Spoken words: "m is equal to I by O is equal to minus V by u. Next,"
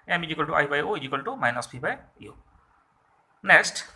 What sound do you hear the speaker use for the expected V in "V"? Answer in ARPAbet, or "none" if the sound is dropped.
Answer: P